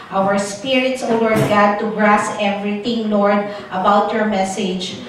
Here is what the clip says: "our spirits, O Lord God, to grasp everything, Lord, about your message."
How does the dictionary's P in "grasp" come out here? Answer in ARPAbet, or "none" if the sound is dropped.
none